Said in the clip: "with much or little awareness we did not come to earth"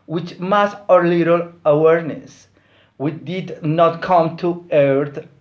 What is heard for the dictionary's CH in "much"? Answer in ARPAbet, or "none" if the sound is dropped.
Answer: S